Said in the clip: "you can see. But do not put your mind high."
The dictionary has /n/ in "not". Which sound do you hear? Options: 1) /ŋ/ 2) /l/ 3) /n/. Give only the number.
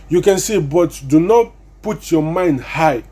3